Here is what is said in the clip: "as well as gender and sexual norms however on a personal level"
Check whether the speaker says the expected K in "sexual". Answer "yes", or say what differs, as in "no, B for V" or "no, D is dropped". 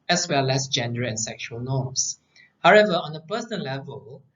yes